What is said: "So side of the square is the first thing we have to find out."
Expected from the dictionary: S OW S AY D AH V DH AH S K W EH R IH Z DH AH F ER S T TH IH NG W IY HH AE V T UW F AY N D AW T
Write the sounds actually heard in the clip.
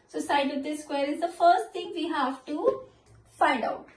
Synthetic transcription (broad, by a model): S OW S AY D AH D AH S K W EH R IH Z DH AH F ER S T T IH NG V IY HH AE V T UW F AY N D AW T